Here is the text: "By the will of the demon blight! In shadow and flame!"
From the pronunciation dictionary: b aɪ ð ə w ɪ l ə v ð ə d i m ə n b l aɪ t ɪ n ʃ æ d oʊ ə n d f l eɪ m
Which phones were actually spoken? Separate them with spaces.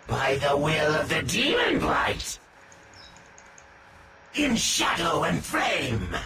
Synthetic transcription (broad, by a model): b aɪ ð ə w ɪ l ə v ð ə d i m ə n b l aɪ t ɪ n ʃ æ d oʊ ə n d f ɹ eɪ m